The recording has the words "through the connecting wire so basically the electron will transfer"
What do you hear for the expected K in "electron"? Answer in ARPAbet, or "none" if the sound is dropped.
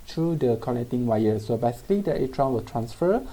none